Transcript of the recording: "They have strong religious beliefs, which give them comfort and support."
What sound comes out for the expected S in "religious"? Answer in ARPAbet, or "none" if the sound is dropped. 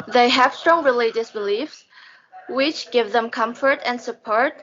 S